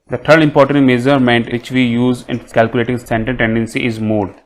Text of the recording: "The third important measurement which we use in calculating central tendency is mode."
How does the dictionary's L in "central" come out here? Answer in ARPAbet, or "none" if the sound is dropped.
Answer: N